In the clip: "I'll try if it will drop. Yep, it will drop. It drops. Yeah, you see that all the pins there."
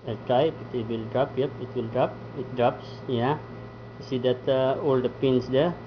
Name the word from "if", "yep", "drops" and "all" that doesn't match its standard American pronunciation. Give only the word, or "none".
if